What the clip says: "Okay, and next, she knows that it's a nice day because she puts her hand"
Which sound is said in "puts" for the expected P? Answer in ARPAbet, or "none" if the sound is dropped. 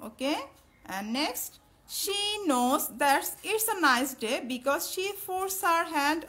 F